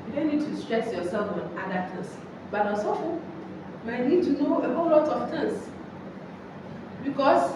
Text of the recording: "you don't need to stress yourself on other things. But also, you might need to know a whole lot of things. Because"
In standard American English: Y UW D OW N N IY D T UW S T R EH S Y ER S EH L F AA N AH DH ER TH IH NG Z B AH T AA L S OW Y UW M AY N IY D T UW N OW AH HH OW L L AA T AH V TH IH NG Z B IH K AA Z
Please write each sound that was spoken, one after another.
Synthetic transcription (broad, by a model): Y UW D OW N N IY D T UW S T R EH S Y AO S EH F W AA N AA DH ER T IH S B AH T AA S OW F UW M AY N IY D T UW N OW AH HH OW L L AA T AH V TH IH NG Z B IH K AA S